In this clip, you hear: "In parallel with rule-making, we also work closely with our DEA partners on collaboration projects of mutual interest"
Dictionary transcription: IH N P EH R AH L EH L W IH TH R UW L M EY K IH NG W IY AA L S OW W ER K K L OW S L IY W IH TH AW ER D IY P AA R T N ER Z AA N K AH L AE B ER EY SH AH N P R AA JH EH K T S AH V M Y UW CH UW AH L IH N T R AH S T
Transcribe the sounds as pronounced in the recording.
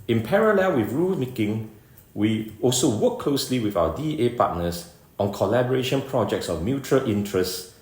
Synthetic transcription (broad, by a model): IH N P EH R AH L EH L W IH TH R UW L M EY K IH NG W IY AA L S OW W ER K K L OW S L IY W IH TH AW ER D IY P AA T N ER S AA N K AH L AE B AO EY SH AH N P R AA JH EH K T S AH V M Y UW CH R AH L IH N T R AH S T